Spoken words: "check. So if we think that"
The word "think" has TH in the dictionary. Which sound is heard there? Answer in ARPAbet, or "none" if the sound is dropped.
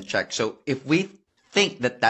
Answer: TH